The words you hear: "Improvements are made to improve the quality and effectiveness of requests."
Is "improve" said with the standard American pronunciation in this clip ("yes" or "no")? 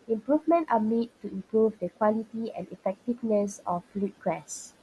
yes